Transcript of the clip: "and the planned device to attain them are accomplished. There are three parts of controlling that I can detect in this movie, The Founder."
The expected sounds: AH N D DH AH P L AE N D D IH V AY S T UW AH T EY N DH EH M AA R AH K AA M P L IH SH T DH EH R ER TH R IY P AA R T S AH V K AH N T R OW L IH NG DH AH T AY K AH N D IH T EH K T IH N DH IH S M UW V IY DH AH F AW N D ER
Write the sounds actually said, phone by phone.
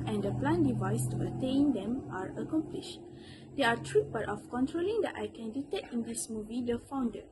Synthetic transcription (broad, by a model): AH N D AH P L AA N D D IH V AY S T UW AH T EY N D EH M AA R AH K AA M P L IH SH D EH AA T R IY B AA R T AH F K AH N T R OW L IH NG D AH T AY K AH N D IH T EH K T IH N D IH S M UW V IY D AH F AW N D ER